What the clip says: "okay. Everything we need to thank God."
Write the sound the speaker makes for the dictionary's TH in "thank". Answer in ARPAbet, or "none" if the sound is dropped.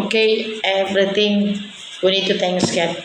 T